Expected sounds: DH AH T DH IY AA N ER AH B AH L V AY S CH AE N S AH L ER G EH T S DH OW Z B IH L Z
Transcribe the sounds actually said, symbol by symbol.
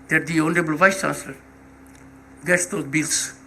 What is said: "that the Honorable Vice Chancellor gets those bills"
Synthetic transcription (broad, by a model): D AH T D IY AA N ER AH B AH L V AY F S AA S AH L G EH T S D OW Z B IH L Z